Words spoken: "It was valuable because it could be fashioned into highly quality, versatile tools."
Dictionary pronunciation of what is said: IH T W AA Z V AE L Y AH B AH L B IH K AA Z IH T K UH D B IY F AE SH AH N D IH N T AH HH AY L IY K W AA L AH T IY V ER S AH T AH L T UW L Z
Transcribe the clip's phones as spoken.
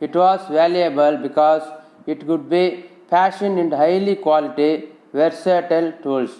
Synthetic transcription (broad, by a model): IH T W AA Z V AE L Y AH B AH L B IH K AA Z IH T K UH D B IY P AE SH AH N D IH N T HH AY L IY K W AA L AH T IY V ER S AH T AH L T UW L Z